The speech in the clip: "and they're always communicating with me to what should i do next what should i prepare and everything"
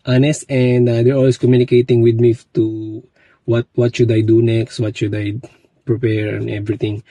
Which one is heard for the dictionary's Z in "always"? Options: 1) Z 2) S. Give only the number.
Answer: 2